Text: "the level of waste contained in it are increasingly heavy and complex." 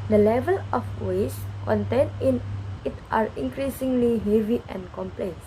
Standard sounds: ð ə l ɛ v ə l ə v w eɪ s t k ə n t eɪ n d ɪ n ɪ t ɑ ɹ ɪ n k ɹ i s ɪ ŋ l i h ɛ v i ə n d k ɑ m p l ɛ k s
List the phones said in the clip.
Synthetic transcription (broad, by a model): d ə l ɛ v ə l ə f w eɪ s k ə n t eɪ n ɪ n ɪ t ɑ ɹ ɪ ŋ k ɹ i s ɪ ŋ l i h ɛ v i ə n k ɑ m p l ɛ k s